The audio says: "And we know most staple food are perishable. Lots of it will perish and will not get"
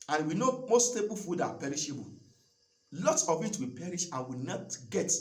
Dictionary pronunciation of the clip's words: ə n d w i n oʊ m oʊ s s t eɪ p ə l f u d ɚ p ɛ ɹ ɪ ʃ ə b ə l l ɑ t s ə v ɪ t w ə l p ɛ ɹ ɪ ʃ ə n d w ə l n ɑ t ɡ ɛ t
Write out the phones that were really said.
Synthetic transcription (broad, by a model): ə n w i n oʊ m oʊ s s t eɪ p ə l f u d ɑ p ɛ ɹ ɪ ʃ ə b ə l l ɑ t s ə w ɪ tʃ w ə p ɛ ɹ ɪ ʃ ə n w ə n ɑ t ɡ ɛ t